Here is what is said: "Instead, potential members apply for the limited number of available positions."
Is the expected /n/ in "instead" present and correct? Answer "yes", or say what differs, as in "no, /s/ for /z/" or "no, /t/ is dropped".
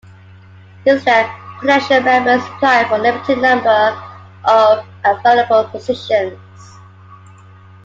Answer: no, /n/ is dropped